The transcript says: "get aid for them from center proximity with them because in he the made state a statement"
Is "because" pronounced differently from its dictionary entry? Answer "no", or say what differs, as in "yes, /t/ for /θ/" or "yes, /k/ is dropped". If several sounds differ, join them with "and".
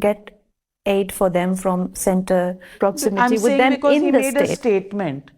yes, /z/ is dropped